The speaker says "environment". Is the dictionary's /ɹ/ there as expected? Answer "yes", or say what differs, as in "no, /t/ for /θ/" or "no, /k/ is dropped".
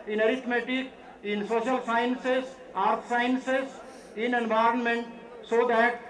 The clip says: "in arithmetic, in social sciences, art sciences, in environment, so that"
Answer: yes